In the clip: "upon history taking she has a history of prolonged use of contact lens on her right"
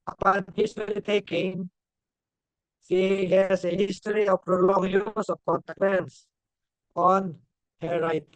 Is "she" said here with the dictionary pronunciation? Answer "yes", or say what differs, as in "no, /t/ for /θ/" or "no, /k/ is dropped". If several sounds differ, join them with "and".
no, /s/ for /ʃ/